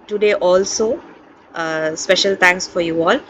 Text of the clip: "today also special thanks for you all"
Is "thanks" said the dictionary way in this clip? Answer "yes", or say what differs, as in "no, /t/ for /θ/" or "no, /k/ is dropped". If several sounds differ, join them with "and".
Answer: no, /t/ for /θ/